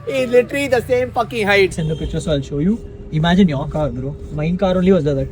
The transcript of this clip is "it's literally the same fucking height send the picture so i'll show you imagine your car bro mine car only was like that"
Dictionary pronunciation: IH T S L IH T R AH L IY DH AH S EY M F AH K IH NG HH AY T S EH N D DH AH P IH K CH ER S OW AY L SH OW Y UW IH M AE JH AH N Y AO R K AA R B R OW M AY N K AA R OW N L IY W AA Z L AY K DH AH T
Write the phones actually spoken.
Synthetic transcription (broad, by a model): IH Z L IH T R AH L IY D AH S EY M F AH K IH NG HH AY T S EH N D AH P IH CH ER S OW AY L SH OW Y UW IH M AE JH AH N Y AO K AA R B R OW M AY N K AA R OW N L IY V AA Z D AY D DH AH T